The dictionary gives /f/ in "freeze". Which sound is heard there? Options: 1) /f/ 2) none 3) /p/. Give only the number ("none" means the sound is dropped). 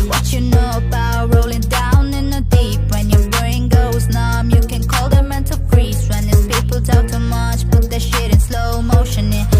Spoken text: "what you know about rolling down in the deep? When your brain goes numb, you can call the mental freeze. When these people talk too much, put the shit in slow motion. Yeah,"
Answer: 3